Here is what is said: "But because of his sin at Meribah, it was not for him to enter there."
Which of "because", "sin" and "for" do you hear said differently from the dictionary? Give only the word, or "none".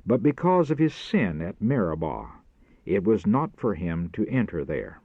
none